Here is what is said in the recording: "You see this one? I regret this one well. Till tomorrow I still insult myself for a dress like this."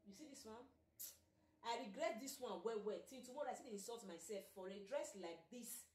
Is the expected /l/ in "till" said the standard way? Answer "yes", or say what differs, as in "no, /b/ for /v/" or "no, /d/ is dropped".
no, /n/ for /l/